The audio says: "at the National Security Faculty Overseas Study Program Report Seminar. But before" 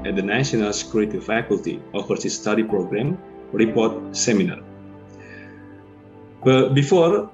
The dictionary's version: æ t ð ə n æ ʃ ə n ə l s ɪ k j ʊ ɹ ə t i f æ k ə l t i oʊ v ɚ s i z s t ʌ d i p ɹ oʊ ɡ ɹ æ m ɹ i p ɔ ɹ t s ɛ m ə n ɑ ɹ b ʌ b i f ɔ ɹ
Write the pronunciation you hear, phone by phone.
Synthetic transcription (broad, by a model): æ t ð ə n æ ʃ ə n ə l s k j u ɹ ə t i f æ k ə l t i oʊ f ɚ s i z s t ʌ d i p ɹ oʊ ɡ ɹ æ m ɹ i p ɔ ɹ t s ɛ m ə n ɑ ɹ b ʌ b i f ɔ ɹ